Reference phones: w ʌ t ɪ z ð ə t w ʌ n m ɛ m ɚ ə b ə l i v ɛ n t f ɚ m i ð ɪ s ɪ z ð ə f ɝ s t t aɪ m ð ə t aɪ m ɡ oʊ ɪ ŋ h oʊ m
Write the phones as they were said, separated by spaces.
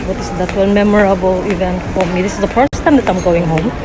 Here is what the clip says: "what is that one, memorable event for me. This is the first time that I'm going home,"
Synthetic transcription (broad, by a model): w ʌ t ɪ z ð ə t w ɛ l m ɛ m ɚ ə b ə l i v ɛ n t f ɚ m i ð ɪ s ɪ z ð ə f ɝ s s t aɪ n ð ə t aɪ m ɡ oʊ ɪ ŋ h oʊ m